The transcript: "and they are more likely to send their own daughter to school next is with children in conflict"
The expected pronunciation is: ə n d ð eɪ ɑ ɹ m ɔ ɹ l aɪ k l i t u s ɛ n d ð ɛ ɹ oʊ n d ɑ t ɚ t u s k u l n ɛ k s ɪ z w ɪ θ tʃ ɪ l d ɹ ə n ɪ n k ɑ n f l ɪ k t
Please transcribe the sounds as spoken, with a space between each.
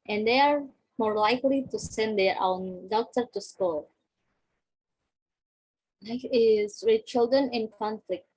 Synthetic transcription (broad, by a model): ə n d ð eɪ ɑ ɹ m ɔ ɹ l aɪ k l i t u s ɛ n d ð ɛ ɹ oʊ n d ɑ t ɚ t u s k u l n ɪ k ɪ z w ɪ tʃ ɪ l d ɹ ə n ɪ n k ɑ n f l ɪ k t